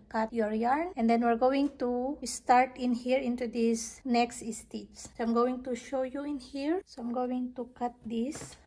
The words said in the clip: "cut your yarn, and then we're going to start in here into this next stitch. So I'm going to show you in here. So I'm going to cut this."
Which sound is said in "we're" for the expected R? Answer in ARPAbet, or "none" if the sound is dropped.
R